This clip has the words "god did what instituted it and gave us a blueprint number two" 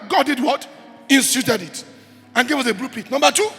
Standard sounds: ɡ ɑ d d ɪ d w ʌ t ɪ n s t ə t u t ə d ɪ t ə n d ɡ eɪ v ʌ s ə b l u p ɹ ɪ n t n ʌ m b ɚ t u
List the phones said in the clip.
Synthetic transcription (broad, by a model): ɡ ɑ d d ɪ d w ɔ t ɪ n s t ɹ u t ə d ɪ t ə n ɡ eɪ v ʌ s ə b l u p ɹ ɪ t n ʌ m b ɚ t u